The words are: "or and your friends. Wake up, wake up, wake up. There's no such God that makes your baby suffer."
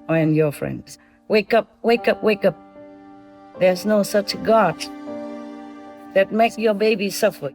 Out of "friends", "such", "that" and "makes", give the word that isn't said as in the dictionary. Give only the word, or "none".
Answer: makes